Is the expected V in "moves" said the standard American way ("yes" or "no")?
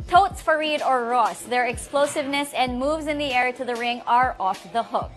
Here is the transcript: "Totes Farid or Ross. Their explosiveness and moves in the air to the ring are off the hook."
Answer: yes